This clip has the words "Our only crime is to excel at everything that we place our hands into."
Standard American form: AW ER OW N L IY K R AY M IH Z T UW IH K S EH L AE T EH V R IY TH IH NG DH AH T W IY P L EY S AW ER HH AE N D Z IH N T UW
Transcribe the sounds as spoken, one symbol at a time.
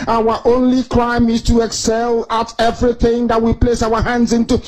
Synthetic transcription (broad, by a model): AW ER OW N L IY K R AY M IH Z T UW IH K S EH L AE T EH V R IY TH IH NG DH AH T W IY P L EY S AW ER HH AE N D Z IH N T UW